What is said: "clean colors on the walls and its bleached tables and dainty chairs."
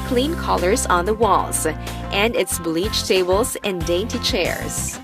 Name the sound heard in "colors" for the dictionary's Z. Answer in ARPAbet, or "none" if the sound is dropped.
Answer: Z